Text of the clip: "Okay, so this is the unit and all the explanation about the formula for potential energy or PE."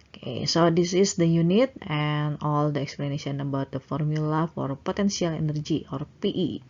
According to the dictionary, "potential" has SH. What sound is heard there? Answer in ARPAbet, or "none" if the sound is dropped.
S